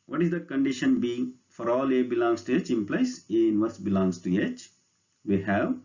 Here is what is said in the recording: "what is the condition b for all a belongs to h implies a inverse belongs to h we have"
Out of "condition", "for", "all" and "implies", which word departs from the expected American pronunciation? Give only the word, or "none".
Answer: implies